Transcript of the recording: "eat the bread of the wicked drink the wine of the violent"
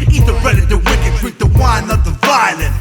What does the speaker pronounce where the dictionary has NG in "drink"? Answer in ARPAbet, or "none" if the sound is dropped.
none